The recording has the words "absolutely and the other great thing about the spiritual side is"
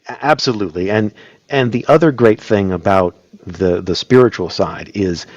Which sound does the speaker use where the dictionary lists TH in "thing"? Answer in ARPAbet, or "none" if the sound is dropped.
TH